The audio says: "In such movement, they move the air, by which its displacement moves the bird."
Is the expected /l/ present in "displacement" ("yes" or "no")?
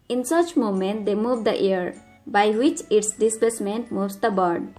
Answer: no